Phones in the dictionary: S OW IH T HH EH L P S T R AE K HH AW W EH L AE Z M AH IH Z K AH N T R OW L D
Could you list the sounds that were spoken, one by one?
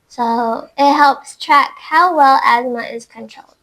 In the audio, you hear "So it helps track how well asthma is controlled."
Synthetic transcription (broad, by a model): S OW IH T HH EH L P S T R AE K HH AW W EH L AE Z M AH IH Z K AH N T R OW L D